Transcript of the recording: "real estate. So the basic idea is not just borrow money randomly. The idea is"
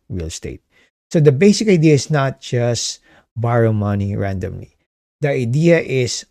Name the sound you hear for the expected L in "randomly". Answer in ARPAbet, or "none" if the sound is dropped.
L